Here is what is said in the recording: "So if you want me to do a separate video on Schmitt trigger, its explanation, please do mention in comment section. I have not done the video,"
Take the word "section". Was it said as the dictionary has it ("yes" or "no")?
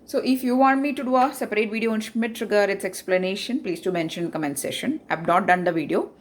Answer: no